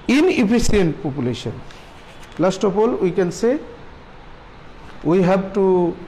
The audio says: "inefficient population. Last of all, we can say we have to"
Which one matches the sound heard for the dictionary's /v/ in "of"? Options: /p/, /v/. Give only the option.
/p/